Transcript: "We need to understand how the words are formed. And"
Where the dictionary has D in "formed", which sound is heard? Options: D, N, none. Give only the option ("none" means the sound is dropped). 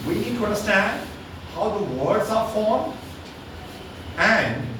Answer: none